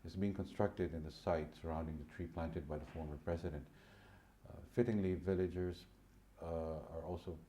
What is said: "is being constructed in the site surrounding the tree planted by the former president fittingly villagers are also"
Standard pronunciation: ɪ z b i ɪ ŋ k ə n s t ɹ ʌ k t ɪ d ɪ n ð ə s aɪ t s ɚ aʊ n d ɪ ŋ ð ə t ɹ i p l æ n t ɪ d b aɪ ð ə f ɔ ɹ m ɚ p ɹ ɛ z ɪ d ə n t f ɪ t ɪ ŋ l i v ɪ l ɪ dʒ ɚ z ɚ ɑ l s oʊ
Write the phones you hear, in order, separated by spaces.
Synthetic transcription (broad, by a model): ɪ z b i ɪ ŋ k ə n s t ɹ ʌ k t ɪ d ɪ n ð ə s aɪ t s ɚ aʊ n d ɪ ŋ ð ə t ɹ i p l æ n t ɪ d b aɪ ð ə f ɔ ɹ m ɚ p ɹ ɛ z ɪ d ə n t f ɪ t ɪ ŋ l i v ɪ l ɪ dʒ ɚ z ɚ ɑ l s oʊ